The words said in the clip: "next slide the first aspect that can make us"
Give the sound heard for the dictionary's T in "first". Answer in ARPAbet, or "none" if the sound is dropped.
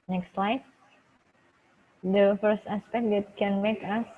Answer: T